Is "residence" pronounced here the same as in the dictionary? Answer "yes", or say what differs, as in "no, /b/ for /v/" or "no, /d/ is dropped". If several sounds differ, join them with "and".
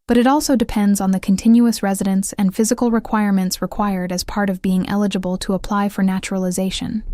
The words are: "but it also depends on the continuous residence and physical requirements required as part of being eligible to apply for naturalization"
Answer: yes